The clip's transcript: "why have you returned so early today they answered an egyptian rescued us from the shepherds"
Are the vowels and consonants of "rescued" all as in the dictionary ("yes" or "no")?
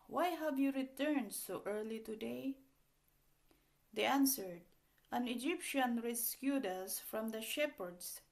yes